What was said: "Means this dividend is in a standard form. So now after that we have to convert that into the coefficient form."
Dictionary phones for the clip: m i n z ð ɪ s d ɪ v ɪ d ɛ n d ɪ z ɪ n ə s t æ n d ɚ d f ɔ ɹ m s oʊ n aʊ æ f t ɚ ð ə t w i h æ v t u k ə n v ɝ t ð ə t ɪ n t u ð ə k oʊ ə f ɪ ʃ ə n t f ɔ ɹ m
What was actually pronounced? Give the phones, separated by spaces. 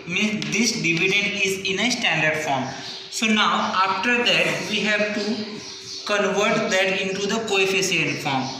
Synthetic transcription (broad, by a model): m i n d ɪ s d ɪ v ɪ d ɛ n d ɪ z ɪ n ə s t æ n d ɚ d f ɔ ɹ m s oʊ n aʊ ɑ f t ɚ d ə t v i h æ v t u k ə n v ɝ t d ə t ɪ n t u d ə k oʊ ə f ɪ s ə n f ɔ ɹ m